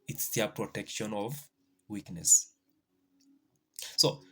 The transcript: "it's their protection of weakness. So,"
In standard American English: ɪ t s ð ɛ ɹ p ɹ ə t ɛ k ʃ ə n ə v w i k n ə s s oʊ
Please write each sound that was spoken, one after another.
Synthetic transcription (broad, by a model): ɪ t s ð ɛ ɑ p ɹ ə t ɛ k ʃ ə n ə v w i k n ə s s oʊ